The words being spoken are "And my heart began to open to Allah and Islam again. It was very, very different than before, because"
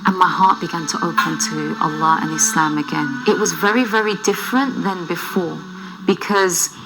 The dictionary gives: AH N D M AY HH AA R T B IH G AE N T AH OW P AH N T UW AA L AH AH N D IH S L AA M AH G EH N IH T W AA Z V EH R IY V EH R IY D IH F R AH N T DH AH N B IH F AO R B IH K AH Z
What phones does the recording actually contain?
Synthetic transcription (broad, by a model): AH N M AY HH AA R T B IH G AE N T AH OW P AH N T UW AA L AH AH N IH S L AA M AH G EH N IH T W AA Z V EH R IY V EH R IY D IH F R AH N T DH AH N B IH F AO R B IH K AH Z